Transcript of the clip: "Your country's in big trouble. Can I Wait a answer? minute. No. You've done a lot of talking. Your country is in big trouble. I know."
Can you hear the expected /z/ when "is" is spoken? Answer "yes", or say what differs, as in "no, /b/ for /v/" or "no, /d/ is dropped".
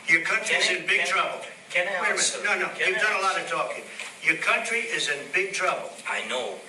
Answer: yes